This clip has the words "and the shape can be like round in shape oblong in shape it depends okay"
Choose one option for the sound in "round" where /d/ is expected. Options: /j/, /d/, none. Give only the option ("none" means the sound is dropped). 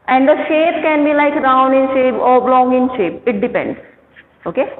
none